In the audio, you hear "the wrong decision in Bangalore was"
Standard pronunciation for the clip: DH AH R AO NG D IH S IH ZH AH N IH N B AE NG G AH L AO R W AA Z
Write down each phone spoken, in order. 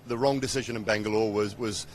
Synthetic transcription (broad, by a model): DH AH R AO NG D IH S IH ZH AH N IH N B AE NG G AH L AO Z W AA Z